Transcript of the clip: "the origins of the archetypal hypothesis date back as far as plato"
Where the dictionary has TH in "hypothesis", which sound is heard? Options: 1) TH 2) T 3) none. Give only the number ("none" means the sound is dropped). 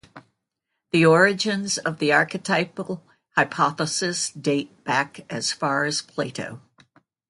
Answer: 1